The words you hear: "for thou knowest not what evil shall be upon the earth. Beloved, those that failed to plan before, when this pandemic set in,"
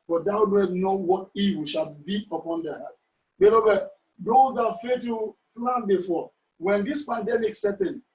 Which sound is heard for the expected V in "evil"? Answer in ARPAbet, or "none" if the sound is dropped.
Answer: W